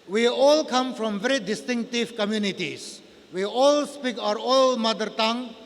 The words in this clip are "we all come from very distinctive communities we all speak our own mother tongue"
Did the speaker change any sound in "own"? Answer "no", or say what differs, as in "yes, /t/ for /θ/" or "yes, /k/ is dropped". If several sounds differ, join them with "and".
yes, /l/ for /n/